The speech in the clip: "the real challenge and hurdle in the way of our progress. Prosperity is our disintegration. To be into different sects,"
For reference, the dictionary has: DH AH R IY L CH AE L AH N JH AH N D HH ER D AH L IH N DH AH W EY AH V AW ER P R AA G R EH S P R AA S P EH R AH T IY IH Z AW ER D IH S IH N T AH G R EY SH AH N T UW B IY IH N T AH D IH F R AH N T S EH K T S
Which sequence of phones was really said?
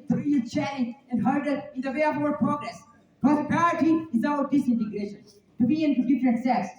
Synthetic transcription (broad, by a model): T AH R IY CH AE AH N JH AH N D HH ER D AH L IH N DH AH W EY AH V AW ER P R AA G R EH S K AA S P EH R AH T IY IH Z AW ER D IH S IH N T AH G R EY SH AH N T UW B IY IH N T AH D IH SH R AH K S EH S